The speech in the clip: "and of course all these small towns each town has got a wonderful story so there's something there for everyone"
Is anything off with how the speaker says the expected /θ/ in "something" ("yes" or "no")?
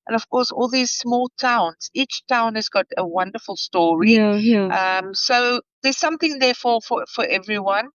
no